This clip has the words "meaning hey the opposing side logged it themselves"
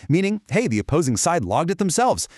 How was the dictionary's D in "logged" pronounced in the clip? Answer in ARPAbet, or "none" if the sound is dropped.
D